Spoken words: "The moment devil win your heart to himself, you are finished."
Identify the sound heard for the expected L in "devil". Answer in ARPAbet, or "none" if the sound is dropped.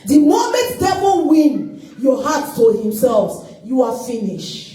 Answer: N